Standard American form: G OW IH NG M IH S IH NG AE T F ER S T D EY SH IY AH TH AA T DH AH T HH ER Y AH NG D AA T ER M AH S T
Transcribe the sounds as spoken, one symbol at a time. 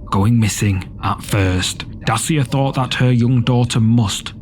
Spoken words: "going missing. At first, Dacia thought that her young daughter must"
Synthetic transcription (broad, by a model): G OW IH NG M IH S IH NG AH T F ER S T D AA S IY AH TH AA T DH AH T HH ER Y AH NG D AA T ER M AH S T